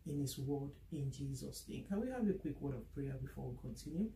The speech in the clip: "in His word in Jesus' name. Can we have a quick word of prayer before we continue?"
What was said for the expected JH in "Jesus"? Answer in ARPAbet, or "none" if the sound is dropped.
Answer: JH